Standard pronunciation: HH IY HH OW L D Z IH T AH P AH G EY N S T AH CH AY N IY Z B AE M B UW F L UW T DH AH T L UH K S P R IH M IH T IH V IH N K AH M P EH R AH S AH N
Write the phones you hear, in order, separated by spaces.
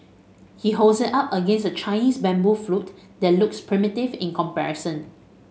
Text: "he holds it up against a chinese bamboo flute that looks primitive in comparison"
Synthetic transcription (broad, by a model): HH IY HH OW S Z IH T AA P AH G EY N S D AH CH AY N IY S B AE M B UW F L UW T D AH T L UH K S P R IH M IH T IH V IH N K AH M P EH R AH S AH N